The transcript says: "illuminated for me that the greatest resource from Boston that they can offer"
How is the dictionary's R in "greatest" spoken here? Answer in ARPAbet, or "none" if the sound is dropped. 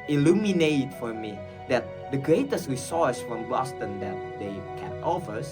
R